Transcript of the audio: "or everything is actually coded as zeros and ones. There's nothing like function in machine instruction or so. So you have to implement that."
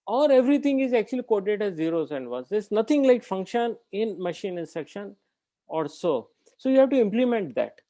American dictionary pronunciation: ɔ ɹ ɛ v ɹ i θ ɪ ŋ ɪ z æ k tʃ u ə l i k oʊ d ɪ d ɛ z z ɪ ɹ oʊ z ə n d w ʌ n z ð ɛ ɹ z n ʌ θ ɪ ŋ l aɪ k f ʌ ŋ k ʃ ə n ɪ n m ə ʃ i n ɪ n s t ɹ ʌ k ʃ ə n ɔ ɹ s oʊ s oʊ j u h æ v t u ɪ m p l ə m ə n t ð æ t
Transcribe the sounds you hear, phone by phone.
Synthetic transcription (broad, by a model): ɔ ɹ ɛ v ɹ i t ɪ ŋ ɪ z æ k tʃ u ə l i k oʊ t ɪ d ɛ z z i ɹ oʊ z ə n d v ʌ n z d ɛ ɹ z n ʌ t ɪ ŋ l aɪ k f ʌ ŋ k ʃ ə n ɪ n m ə ʃ i n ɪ n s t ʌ k ʃ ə n ɔ ɹ s oʊ s oʊ j u h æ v t u ɪ m p l ə m ə n t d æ t